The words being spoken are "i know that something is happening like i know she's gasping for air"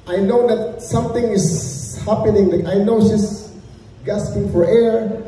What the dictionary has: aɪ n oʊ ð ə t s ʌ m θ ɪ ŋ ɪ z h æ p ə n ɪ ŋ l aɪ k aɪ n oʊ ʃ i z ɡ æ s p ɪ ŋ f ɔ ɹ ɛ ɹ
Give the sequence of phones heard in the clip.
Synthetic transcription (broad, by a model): aɪ n oʊ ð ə t s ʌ m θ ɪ ŋ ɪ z h æ p ə n ɪ ŋ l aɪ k aɪ n oʊ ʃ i s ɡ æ s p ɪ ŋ f ɔ ɹ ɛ ɹ